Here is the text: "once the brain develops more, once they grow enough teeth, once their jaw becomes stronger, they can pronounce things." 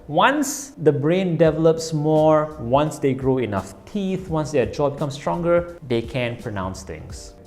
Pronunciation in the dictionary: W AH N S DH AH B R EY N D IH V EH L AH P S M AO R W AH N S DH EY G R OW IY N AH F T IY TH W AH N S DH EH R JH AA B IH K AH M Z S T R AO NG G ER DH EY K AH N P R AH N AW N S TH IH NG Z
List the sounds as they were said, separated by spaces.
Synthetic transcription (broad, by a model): W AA N S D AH B R EY N D IH V EH L AH P S M AO R W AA N S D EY G R OW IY N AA F T IY TH W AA N S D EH JH AA B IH K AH M S T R AO NG G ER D EY K AH N P R AH N AW N S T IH NG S